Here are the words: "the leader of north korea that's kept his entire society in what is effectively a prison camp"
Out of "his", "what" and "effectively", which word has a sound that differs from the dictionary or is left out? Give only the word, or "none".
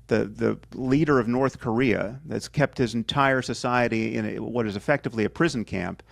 none